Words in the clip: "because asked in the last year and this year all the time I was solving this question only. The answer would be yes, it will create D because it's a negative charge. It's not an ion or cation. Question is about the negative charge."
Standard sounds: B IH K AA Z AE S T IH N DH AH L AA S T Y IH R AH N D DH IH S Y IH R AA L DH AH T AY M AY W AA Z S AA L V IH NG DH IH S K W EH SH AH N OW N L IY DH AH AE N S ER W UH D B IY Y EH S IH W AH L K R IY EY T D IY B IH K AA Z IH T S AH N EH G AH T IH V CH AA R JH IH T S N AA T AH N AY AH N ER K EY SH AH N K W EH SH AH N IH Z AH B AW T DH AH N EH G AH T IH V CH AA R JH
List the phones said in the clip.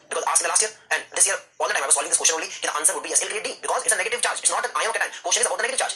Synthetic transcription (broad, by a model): B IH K AA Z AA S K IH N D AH L AA S T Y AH R AH N D IH S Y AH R AA L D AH T AY M AY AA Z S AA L IH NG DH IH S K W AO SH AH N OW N L IY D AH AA N S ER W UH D B IY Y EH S IH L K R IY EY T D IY B IH K AA Z IH T S AH N EH G AH T IH V CH AA R JH IH T S N AA T AH N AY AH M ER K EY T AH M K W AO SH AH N IH Z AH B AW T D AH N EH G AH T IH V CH AA R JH